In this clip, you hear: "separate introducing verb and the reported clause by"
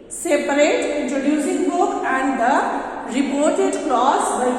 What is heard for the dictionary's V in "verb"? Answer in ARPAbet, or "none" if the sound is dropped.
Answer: B